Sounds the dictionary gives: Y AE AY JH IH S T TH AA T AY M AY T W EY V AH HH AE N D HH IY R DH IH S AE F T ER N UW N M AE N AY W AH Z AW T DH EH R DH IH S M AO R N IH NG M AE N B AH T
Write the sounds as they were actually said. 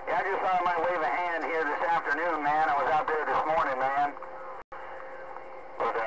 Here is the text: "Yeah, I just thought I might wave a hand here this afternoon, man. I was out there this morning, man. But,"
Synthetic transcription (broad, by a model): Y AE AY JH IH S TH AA AY M AY T W EY V AH HH AE N D HH IY R DH IH S AE F T ER N UW N M AE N AY W AH Z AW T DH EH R DH IH S M AO R N IH NG M AE N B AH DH